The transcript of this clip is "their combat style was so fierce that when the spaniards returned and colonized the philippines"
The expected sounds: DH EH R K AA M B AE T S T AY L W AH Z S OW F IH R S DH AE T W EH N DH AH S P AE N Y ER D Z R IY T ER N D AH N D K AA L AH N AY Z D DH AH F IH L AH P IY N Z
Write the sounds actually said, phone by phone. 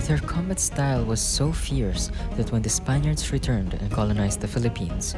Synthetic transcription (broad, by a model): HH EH R K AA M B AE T S T AY L W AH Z S OW F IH R S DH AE T W EH N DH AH S P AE N Y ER D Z R IY T ER N D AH N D K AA L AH N AY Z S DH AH F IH L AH P IY N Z